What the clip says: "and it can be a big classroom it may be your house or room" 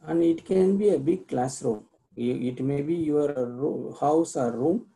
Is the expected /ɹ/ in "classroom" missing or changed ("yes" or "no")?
no